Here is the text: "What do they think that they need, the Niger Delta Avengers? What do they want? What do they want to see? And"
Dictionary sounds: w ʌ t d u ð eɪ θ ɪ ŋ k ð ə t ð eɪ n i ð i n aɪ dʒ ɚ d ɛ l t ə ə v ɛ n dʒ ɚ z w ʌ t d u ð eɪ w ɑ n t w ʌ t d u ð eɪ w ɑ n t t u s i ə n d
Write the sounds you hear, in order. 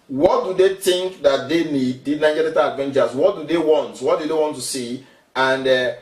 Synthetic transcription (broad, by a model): w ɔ t d u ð eɪ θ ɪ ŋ k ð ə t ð eɪ n i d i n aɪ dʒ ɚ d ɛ t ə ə v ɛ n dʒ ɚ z w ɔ t d u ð eɪ w ɑ n t w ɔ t d u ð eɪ w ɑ n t t u s i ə n d